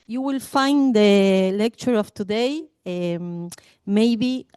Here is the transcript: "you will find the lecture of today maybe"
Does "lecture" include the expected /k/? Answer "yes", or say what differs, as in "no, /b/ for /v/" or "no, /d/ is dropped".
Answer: yes